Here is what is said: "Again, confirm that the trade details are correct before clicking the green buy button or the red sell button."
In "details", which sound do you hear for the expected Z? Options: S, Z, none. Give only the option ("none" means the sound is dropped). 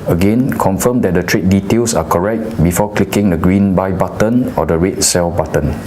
S